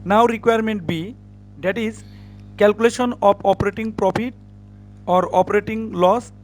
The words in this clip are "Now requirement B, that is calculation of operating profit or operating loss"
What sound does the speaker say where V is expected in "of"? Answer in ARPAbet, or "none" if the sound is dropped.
P